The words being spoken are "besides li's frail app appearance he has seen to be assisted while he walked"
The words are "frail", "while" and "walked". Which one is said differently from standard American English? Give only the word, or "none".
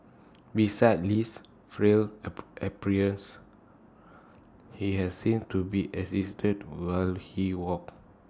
walked